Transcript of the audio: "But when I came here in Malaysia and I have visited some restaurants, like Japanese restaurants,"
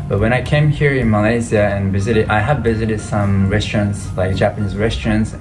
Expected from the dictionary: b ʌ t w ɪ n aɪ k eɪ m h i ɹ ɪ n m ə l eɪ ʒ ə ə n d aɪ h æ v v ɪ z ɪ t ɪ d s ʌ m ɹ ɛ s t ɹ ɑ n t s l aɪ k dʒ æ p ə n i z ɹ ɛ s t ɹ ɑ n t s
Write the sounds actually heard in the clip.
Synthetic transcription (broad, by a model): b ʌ t w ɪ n aɪ k eɪ m h i ɹ ɪ n m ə l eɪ z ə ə n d aɪ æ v v ɪ z ɪ t ɪ d s ʌ m ɹ ɛ s t ɹ ɑ n t s l aɪ k dʒ æ p ə n i z ɹ ɛ s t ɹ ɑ n t s